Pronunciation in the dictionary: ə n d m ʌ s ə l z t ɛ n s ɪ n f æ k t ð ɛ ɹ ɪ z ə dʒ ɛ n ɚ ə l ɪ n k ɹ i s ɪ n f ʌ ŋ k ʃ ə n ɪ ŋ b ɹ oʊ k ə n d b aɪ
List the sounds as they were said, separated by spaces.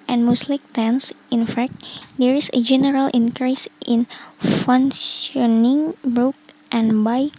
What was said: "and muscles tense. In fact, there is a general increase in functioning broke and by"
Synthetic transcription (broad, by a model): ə n m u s l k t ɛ n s ɪ n f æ k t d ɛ ɹ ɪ s ə dʒ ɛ n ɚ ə l ɪ n k ɹ i s ɪ n f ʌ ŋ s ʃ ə n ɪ ŋ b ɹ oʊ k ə n b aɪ